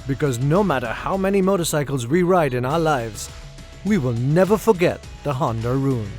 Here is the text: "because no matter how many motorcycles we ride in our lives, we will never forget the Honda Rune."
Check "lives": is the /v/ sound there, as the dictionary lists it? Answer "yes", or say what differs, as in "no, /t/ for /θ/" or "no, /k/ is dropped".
yes